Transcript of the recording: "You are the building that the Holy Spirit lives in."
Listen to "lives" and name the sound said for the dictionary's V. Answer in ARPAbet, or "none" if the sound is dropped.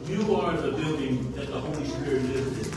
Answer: none